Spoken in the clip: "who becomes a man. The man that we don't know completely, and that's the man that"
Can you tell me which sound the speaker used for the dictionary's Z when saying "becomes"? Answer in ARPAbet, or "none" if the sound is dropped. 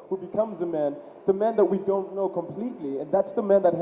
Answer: Z